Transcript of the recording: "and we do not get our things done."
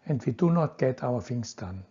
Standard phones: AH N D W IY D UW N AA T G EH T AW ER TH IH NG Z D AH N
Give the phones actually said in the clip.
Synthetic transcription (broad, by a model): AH N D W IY D UW N AA T G EH T AW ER F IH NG S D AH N